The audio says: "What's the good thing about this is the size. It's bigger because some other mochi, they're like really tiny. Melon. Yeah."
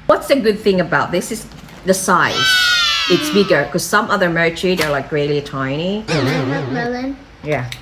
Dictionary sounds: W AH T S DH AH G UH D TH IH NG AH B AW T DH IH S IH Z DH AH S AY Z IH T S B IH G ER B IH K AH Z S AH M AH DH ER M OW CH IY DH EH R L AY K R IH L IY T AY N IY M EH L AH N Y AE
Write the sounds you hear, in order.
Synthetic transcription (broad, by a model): W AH T S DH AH G UH D TH IH NG AH B AW T DH IH S IH Z DH AH S AY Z IH T S B IH G ER K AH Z S AH M AH DH ER M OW CH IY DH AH R L AY K R IH L IY T AY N IY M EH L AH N Y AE